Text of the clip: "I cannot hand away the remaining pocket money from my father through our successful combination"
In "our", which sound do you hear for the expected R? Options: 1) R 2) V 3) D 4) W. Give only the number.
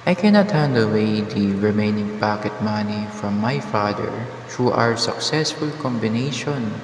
1